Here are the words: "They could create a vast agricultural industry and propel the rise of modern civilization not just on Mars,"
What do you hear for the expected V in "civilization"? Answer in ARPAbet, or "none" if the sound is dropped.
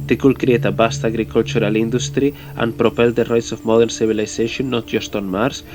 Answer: B